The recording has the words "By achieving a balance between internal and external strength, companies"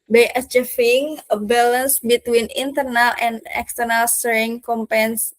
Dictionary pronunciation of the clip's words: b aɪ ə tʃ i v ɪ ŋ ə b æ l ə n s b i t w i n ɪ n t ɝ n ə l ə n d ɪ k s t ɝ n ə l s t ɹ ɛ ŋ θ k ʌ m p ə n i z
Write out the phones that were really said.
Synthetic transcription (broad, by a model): b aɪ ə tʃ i f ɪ ŋ ə b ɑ l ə n s b i t w i n ɪ n t ɝ n ə l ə n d ɪ k s t ɝ n ə l s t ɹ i ŋ k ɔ m p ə n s